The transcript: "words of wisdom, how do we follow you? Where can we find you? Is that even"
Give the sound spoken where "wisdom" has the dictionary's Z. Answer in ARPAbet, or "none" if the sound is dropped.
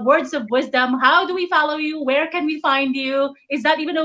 Z